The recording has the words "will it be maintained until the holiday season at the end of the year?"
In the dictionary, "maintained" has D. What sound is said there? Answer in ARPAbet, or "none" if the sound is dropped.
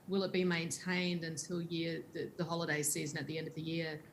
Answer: D